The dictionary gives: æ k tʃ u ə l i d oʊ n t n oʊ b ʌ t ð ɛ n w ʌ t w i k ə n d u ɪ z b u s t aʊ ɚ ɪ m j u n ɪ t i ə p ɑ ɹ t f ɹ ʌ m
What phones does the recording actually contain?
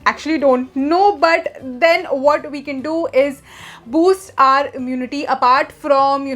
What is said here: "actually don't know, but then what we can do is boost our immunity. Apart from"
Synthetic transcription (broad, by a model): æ k tʃ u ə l i d oʊ n t n oʊ b ʌ t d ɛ n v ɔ t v i k ə n d u ɪ z b u s t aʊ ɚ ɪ m j u n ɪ t i ə p ɑ ɹ t f ɹ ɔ m